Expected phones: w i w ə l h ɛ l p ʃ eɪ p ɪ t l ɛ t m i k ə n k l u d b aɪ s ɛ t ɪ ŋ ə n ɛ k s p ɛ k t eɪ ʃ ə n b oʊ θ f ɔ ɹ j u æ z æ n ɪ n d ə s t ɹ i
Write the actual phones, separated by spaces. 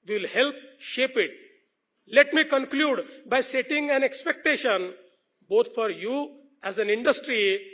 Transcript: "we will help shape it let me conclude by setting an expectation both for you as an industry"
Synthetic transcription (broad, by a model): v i l h ɛ l p ʃ eɪ p ɪ t l ɛ t m i k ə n k l u d b aɪ s ɛ t ɪ ŋ ə n ɛ k s p ɛ k t eɪ ʃ ə n b oʊ t f ɔ ɹ j u æ z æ n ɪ n d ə s t ɹ i